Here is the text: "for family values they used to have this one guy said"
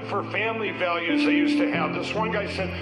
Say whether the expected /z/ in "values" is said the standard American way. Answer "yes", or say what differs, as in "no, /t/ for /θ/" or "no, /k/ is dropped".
yes